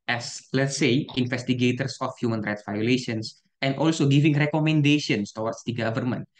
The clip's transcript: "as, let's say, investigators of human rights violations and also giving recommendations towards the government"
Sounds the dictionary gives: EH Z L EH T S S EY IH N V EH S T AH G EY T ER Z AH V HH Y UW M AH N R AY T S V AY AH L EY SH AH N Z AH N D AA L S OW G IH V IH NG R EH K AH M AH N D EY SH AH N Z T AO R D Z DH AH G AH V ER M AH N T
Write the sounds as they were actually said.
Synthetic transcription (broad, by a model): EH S L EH T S S EY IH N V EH S T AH G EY T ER S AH F HH Y UW M AH N R AY T S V AY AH L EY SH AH N S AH N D AA L S OW G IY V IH NG R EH K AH M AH N D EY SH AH N S T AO W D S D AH G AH V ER M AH N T